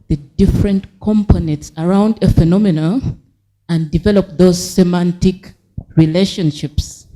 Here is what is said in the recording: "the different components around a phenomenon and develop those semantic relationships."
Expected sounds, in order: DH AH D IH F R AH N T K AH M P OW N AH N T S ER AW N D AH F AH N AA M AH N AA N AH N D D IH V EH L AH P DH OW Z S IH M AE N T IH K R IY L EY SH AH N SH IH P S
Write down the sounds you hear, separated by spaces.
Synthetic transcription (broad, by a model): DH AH D IH F R AH N T K AH M P OW N AH N T S ER AW N D AH F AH N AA M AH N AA AH N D D IH V EH L AH P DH OW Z S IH M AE N T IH K R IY L EY SH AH N SH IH P S